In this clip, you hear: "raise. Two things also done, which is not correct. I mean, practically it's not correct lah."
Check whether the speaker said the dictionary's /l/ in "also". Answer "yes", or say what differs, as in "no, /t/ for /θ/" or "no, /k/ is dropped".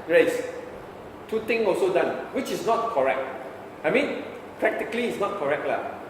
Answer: yes